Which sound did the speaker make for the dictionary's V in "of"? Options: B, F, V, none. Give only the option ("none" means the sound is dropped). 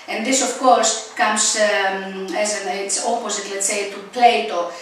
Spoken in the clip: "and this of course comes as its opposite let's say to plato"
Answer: F